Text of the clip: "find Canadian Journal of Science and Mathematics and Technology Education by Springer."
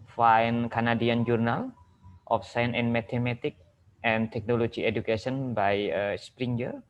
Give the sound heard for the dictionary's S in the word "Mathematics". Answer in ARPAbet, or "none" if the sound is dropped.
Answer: none